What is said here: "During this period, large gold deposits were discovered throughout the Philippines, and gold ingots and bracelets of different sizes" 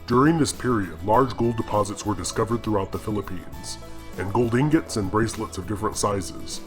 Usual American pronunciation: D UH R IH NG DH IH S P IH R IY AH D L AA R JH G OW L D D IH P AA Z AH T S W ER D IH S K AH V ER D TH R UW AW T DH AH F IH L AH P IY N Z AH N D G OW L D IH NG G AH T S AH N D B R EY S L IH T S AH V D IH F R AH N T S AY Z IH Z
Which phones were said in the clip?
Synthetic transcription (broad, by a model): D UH R IH NG DH IH S P IH R IY AH D L AA R JH G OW L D D IH P AA Z AH T S W ER D IH S K AH V ER D TH R UW AW T DH AH F IH L AH P IY N Z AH N G OW L D IH NG G AH T S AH N B R EY S L IH T S AH V D IH F R AH N T S AY Z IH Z